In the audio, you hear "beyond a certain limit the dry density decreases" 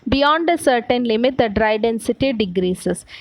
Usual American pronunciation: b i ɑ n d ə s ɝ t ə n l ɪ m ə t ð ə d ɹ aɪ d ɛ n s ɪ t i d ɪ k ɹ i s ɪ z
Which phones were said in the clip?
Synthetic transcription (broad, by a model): b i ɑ n d ə s ɝ t ə n l ɪ m ə t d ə d ɹ aɪ d ɛ n s ɪ t i d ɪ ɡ ɹ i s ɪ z